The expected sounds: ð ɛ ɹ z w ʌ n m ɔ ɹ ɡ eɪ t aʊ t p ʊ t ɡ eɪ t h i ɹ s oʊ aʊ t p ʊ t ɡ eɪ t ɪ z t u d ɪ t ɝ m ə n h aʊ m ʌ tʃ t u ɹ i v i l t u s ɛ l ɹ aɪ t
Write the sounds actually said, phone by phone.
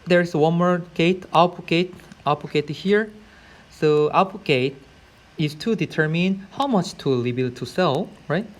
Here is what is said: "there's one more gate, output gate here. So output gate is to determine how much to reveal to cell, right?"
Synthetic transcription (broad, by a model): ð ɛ ɹ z w ʌ n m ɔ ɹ ɡ eɪ t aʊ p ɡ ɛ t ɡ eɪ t h i ɹ s oʊ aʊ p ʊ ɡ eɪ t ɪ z t u d ɪ t ɝ m ə n h aʊ m ʌ tʃ t u l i b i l t u s ɛ l ɹ aɪ t